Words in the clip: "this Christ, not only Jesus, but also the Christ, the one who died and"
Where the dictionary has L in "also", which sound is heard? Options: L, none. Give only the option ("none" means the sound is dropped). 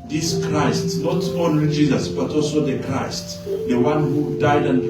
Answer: L